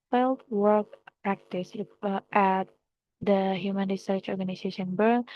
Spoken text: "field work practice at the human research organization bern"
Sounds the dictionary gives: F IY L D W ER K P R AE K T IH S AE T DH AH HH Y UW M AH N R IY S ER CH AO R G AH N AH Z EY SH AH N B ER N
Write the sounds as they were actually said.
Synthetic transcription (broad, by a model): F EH L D W ER K P R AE K T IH S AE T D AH HH Y UW M AH N R IY S ER CH AO R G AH N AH S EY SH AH N B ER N